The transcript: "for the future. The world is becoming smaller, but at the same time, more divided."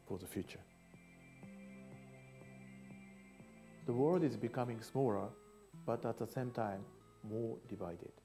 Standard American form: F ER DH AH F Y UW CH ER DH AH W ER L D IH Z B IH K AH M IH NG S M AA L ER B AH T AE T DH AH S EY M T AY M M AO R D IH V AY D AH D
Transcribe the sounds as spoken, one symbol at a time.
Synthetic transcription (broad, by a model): F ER DH AH F Y UW CH ER DH AH W ER L D IH Z B IH K AH M IH NG S M AA L ER B AH T AE T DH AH S EY M T AY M M AO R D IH V AY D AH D